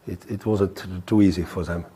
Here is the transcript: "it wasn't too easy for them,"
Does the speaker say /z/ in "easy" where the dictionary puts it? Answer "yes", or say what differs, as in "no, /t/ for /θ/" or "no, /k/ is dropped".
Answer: yes